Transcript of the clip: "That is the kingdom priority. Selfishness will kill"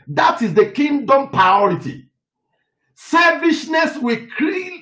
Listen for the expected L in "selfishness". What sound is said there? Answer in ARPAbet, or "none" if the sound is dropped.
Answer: none